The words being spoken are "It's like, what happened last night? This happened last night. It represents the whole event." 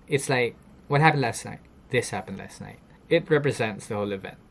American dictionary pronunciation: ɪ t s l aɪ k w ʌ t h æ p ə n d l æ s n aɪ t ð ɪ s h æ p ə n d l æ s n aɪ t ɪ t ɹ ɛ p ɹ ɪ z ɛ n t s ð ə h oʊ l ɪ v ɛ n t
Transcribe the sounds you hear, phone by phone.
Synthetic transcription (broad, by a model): ɪ t s l aɪ k w ʌ t h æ p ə n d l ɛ s n aɪ t ð ɪ s h æ p ə n d l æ s n aɪ t ɪ t ɹ ɛ p ɹ ɪ z ɛ n t s ð ə h oʊ l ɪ v ɛ n t